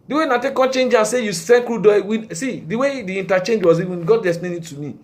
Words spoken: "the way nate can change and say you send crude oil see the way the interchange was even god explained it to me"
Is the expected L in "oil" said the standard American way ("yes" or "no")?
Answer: no